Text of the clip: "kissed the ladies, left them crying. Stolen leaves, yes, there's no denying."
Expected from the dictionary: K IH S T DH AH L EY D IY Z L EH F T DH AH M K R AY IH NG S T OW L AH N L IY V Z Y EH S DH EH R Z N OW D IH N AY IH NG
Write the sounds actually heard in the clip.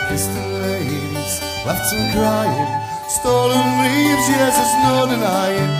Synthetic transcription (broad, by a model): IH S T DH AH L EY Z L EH T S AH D R AY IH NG S T OW L AH N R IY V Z Y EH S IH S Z N OW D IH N AY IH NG